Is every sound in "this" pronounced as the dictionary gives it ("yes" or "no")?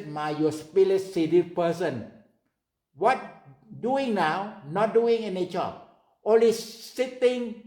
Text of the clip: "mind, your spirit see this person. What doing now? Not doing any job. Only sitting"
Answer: no